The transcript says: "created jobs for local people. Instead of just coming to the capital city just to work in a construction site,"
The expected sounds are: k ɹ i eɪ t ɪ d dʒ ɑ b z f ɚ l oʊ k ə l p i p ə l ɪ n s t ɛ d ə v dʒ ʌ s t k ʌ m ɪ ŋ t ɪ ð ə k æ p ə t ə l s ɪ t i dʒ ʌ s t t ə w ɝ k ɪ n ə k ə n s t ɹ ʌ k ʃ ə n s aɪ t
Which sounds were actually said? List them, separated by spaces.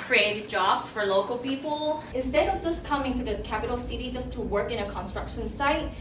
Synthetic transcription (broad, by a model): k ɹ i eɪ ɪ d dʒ ɑ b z f ɚ l oʊ k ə l p i p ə l ɪ n s t ɛ d ə v dʒ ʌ s k ʌ m ɪ ŋ t ɪ ð ə k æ p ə t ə l s ɪ t i dʒ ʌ s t t ə w ɝ k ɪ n ə k ə n s t ɹ ʌ k ʃ ə n s aɪ t